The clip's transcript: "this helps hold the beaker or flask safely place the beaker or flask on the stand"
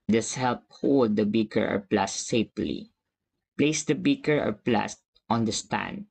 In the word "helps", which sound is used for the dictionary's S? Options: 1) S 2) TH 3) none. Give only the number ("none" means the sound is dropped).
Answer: 3